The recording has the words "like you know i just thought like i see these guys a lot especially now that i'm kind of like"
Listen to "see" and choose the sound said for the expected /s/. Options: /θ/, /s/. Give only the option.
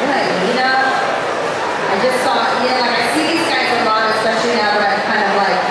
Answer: /θ/